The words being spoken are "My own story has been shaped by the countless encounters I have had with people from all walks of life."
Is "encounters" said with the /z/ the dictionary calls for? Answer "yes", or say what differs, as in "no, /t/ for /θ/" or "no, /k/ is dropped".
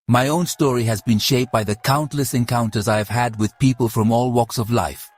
yes